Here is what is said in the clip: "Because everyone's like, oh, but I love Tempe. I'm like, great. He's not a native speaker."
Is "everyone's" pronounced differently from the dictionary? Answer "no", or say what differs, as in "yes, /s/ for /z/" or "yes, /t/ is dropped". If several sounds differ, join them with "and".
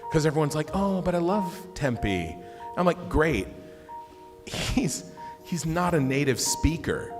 no